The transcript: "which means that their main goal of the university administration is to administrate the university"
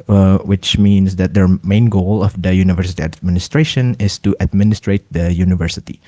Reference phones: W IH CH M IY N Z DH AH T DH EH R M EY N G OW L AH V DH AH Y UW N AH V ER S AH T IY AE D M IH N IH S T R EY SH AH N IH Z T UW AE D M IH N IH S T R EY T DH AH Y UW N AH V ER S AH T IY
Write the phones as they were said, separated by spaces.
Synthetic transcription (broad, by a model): W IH CH M IY N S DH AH T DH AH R M EY N G OW L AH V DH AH Y UW N AH V ER S AH T IY AE D M IH N IH S T R EY SH AH N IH S T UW AE D M IH N IH S T R EY T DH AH Y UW N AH V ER S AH T IY